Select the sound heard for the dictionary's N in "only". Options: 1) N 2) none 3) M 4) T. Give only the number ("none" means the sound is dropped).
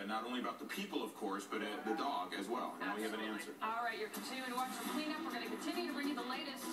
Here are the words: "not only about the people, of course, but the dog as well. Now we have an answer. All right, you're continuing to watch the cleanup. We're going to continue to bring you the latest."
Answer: 2